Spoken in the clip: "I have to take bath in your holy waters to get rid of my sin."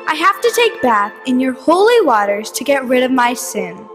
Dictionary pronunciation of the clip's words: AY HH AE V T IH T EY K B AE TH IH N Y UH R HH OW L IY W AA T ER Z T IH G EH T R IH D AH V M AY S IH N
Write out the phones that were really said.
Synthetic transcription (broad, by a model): AY HH AE F T IH T EY K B AE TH IH N Y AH R HH OW L IY W AA T ER Z T IH G EH T R IH D AH V M AY S IH N